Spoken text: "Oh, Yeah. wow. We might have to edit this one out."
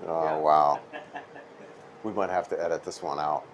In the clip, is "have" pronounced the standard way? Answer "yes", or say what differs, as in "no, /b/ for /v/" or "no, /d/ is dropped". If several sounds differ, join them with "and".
no, /f/ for /v/